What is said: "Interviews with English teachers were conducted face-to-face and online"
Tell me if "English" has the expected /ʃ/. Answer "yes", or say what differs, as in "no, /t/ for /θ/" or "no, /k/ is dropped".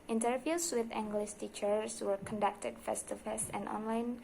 no, /s/ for /ʃ/